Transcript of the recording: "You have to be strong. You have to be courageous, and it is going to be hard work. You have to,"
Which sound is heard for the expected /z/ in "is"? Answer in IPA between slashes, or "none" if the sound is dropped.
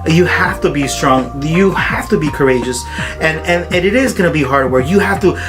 /z/